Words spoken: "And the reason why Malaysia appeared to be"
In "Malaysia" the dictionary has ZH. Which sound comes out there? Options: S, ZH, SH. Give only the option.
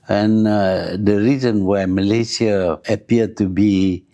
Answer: S